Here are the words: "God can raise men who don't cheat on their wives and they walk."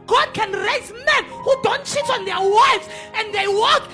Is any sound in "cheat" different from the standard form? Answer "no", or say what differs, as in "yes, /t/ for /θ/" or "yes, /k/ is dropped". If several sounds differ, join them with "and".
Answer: yes, /s/ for /tʃ/